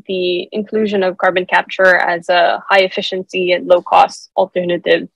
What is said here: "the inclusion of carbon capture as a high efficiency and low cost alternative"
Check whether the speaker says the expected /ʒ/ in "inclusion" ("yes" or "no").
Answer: yes